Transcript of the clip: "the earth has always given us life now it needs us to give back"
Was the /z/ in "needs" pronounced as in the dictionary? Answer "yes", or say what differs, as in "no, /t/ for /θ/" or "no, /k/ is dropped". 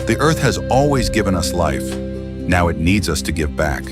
yes